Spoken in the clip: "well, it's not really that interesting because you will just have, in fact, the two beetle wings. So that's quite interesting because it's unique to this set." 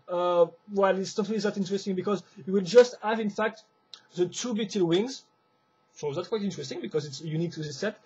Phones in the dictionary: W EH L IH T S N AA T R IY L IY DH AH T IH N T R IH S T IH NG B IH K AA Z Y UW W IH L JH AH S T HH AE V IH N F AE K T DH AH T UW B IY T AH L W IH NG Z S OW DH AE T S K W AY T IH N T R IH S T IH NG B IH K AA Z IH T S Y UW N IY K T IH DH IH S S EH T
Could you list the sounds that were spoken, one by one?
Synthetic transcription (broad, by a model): W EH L IH T S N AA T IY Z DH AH T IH N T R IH S T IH NG B IH K AA Z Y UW W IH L JH AH S T HH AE V IH N F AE K T DH AH T UW B IY T AH L W IH NG Z S OW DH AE T K W AY T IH N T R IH S T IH NG B IH K AA Z IH T S Y UW N IY K T IH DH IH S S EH T